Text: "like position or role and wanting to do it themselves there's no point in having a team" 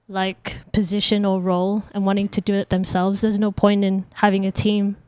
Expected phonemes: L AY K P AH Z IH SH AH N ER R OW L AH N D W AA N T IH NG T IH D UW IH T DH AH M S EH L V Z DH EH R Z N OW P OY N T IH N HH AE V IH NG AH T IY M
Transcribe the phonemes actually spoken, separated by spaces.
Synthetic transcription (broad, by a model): L AY K P AH Z IH SH AH N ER R OW L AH N W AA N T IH NG T IH D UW IH T DH AH M S EH L V Z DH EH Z N OW P OY N T IH N HH AE V IH NG AH T IY M